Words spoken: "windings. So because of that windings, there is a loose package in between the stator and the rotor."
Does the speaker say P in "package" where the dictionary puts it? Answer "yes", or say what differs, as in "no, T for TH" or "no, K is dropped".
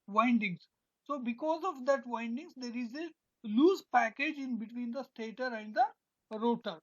yes